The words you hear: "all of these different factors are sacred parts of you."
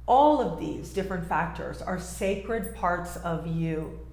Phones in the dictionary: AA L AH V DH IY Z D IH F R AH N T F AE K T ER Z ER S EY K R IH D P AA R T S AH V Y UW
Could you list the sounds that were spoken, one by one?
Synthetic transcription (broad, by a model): AA L AH V DH IY Z D IH F R AH N T F AE K T ER Z ER S EY K R IH D P AA R T S AH V Y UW